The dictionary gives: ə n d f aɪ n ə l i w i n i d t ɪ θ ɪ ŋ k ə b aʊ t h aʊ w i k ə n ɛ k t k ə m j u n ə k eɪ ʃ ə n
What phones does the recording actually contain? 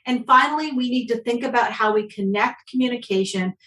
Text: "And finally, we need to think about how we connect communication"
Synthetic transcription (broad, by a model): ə n f aɪ n l i w i n i d t ɪ θ ɪ ŋ k ə b aʊ t h aʊ w i k ə n ɛ k t k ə m j u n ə k eɪ ʃ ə n